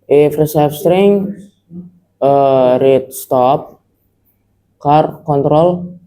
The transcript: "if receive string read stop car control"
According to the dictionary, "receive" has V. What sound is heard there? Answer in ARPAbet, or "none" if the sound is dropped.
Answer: F